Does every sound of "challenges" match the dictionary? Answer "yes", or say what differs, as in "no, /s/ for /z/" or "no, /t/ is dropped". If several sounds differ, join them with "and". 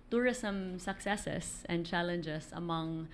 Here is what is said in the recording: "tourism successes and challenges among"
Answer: no, /s/ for /z/